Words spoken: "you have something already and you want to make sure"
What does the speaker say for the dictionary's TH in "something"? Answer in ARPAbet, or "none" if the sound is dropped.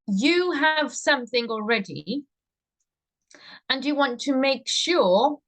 TH